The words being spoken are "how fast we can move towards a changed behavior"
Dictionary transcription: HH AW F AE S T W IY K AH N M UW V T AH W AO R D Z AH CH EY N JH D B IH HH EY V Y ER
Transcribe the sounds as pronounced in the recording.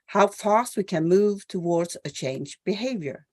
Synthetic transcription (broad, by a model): HH AW F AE S T W IY K AH N M UW V T AH W AO R D Z AH CH EY N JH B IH HH EY V Y ER